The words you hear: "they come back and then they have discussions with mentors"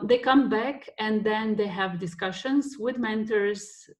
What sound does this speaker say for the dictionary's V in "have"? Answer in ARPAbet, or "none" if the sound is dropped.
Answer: V